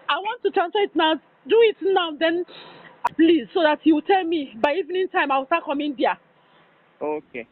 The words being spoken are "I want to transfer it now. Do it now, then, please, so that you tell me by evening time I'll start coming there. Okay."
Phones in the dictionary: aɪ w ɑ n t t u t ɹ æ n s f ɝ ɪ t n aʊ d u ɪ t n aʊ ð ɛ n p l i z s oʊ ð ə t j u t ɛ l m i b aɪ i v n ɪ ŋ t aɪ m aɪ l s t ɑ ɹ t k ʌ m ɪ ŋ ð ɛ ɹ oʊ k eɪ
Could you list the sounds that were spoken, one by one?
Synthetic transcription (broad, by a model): aɪ w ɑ n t t u t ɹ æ n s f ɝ ɪ t n aʊ d u ɪ t n aʊ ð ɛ n p l i z s oʊ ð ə t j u t ɛ l m i b aɪ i v n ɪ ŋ t aɪ m aɪ w s t ɑ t k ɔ m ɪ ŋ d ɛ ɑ oʊ k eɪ